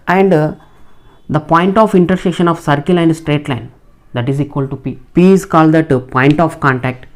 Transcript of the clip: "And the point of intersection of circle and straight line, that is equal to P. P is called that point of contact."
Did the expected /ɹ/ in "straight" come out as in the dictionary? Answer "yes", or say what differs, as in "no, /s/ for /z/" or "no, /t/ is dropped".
yes